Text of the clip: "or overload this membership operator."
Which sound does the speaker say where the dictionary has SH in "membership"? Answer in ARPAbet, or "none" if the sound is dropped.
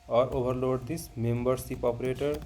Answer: S